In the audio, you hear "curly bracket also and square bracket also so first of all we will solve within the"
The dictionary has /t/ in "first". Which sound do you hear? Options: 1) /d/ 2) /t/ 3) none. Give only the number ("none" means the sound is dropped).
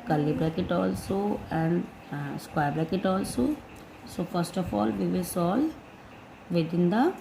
2